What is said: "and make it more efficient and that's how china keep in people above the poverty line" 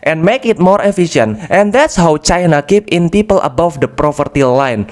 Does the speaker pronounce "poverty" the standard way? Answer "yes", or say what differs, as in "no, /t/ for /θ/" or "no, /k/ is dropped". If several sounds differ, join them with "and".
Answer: no, /f/ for /v/